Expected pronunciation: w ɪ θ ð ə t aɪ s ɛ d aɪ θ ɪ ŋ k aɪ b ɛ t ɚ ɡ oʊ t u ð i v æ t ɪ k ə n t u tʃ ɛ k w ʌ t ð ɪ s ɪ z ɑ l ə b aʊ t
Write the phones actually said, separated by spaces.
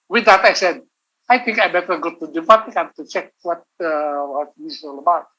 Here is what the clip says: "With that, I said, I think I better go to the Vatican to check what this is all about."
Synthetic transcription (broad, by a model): w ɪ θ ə t aɪ s ɛ d aɪ t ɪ ŋ k aɪ b ɛ t ɚ ɡ oʊ t u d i p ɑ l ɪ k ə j t u tʃ ɛ k w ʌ t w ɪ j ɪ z ɑ l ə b aʊ t